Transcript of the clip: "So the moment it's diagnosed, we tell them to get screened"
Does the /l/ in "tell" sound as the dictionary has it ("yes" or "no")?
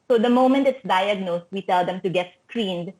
yes